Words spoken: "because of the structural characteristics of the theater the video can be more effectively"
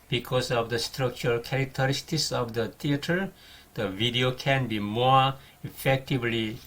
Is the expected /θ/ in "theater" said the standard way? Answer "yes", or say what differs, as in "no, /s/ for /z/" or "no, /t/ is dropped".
no, /t/ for /θ/